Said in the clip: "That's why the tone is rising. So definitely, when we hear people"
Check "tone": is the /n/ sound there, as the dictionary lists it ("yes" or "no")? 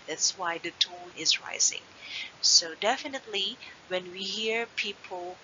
no